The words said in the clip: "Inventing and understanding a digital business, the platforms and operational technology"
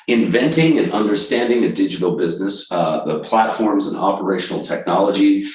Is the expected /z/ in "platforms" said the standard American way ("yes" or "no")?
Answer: yes